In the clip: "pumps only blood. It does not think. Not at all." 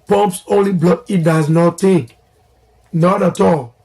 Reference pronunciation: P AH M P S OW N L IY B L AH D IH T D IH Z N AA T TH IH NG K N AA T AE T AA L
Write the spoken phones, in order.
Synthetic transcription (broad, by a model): P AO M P S OW N L IY B L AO IH T D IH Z N AA T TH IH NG K N AA T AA T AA L